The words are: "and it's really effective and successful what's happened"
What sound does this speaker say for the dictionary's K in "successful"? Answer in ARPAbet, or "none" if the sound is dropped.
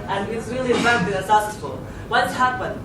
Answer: none